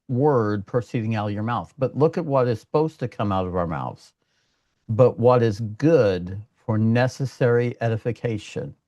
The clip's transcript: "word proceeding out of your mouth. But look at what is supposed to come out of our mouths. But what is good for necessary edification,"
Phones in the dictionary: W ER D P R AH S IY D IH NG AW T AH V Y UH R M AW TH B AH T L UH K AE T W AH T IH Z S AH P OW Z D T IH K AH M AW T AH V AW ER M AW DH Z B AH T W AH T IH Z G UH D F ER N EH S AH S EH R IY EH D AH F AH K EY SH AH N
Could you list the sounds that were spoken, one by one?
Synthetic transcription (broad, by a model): W ER D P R S IY D IH NG AW T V Y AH R M AW TH B AH T L UH K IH T W AH T IH Z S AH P OW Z T IH K AH M AW T AH V AW ER M AW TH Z B AH T W AH T IH Z G UH D F ER N EH S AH S EH R IY EH D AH F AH K EY SH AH N